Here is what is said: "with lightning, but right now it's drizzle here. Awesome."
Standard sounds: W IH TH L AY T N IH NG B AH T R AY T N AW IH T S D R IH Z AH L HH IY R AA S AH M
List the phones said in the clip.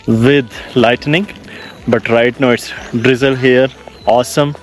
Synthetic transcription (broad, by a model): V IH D L AY T N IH NG B AH T R AY T N AW IH T S D R IH Z AH L HH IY R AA S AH M